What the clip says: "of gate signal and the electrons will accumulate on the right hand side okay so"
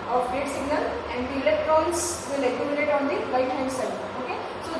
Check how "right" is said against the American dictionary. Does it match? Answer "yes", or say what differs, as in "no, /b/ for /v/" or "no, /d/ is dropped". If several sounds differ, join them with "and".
no, /l/ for /ɹ/